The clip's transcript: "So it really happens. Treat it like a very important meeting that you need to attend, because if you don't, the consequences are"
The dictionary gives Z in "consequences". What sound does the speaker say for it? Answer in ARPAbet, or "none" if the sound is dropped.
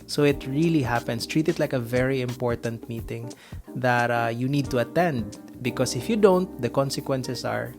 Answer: S